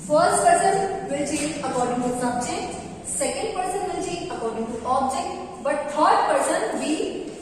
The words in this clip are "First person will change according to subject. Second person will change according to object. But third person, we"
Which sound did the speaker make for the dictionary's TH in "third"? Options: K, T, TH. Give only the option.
T